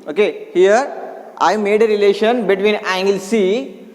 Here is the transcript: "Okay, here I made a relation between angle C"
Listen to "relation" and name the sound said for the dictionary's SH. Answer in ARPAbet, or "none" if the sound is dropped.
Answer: SH